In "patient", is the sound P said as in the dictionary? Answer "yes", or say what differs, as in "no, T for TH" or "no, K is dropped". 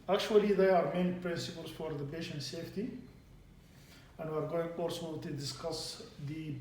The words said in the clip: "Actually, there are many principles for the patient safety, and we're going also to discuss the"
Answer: no, B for P